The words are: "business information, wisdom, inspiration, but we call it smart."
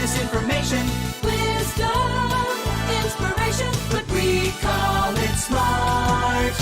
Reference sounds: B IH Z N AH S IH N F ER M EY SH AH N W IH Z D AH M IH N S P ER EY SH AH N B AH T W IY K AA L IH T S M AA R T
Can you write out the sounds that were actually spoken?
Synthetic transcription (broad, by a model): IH S IH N F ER M EY SH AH N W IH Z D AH IH N S P ER EY SH AH N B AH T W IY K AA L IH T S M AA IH